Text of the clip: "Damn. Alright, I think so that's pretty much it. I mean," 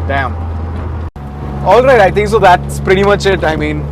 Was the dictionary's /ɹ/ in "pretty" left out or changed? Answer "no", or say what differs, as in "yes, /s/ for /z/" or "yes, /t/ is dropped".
no